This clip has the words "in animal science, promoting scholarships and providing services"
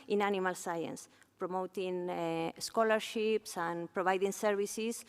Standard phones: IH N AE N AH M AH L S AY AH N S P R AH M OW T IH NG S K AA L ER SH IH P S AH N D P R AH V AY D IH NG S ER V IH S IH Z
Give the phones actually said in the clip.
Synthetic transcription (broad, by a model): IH N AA N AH M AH L S AY AH N S P R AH M OW T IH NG S K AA L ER SH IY P S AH N P R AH B AY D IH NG S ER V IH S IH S